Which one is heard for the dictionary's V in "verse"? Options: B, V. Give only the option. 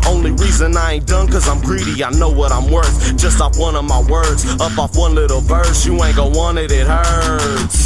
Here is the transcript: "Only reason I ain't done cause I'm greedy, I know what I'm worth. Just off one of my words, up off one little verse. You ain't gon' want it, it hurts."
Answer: B